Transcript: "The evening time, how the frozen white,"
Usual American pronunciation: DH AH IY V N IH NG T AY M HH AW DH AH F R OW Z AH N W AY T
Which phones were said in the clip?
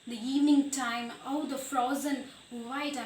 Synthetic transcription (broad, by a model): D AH IY V N IH NG T AY M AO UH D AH F R OW Z AH N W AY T